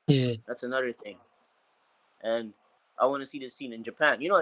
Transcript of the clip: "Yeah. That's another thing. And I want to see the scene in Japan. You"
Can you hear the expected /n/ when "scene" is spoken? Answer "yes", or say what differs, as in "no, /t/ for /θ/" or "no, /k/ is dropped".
yes